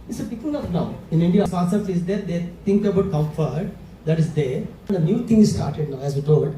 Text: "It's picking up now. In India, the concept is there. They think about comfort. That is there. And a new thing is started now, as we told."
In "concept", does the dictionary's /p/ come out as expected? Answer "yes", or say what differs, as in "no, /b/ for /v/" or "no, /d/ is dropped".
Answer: no, /p/ is dropped